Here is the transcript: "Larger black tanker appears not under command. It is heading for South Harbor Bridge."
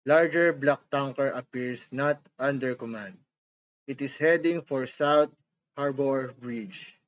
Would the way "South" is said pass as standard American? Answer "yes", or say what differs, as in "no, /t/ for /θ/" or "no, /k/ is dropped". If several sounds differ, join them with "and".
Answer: no, /t/ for /θ/